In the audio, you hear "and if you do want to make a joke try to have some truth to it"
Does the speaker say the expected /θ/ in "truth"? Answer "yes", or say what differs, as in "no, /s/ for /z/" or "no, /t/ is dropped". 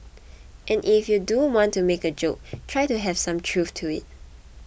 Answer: no, /f/ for /θ/